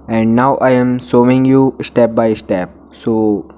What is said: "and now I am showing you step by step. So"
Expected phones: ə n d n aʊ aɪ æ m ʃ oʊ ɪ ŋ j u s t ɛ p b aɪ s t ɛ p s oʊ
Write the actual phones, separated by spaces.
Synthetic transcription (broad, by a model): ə n d n aʊ aɪ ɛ m s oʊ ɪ ŋ j u s t ɛ p b aɪ s t ɛ p s oʊ